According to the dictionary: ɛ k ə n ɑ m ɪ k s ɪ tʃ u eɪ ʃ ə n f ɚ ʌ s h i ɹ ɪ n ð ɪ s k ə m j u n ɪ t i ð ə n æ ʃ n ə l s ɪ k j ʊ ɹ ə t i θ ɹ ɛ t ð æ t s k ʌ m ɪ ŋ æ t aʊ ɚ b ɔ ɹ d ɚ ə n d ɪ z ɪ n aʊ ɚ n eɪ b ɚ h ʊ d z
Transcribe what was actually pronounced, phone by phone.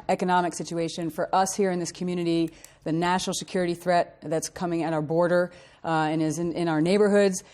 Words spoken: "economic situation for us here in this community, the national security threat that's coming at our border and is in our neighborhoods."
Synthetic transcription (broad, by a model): ɛ k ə n ɑ m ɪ k s ɪ tʃ u eɪ ʃ ə n f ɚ ʌ s h i ɹ ɪ n ð ɪ s k m j u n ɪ t i ð ə n æ ʃ n l s ɪ k j ʊ ɹ ə t i θ ɹ ɛ t ð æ t s k ʌ m ɪ ŋ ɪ t aʊ ɚ b ɔ ɹ d ɚ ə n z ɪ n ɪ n aʊ ɚ n eɪ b ɚ h ʊ d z